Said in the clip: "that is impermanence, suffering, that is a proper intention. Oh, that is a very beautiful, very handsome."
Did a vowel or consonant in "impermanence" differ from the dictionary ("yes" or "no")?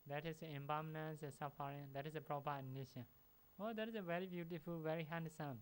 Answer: yes